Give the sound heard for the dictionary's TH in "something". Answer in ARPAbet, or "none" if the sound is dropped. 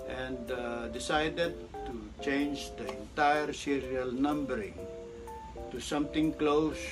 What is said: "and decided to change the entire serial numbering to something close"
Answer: T